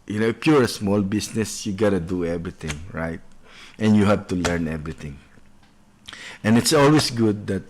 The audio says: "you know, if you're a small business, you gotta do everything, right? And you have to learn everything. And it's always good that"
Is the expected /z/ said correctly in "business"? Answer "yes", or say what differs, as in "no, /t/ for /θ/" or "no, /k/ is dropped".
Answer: no, /s/ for /z/